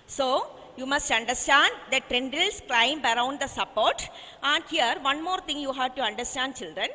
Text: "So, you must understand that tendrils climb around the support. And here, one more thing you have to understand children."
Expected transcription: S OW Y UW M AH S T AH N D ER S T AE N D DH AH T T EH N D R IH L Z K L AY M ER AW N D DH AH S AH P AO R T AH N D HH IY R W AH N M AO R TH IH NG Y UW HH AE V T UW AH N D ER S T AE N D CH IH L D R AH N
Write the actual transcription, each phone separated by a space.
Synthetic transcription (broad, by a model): S OW Y UW M AH S T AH N D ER S T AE N D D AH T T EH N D IH L S K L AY M ER AW N D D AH S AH P AO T T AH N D HH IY R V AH N M AO R T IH NG Y UW HH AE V T UW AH N D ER S T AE N D CH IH L D R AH N